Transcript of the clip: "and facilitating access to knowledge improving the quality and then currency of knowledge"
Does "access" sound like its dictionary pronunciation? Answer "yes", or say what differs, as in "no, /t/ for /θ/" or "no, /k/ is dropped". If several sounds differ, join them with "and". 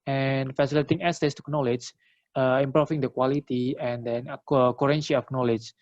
no, /k/ is dropped